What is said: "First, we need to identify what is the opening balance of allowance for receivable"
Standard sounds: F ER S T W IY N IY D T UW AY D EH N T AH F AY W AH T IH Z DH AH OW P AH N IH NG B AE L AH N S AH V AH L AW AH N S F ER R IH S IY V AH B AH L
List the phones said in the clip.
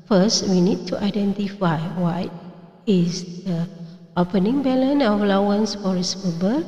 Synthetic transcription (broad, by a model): F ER S T W IY N IY D T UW AY D EH N T AH F AY W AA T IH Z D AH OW P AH N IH NG B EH L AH N AH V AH L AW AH N S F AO R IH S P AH B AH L